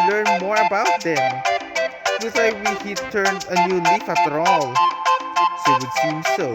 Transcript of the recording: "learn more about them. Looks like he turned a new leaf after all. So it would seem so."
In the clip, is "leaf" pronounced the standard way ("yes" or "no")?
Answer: yes